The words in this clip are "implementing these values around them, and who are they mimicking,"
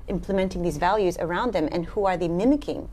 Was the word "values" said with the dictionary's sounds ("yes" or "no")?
yes